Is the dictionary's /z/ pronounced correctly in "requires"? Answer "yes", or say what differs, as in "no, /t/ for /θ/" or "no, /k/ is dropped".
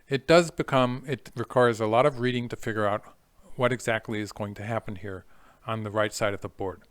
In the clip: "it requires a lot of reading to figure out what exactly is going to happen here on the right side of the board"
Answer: yes